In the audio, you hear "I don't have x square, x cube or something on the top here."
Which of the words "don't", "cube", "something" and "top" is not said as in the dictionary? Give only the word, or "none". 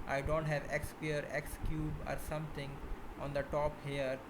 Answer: something